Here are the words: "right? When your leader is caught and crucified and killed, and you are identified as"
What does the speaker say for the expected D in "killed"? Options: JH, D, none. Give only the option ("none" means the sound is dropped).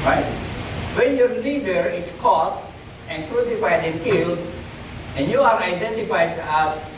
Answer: none